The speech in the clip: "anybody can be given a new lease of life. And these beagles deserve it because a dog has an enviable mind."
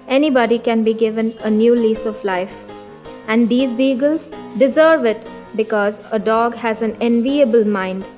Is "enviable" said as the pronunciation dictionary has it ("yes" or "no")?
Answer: yes